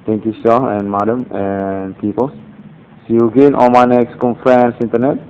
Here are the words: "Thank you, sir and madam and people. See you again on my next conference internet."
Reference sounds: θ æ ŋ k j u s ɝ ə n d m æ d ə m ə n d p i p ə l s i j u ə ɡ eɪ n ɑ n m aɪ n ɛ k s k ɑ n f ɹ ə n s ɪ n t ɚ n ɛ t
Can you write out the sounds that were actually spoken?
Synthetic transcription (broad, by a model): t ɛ ŋ k j u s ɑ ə n m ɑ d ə m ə n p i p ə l s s j u ɡ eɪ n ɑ l m aɪ n ɛ k s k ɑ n f ɹ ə n s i n t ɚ n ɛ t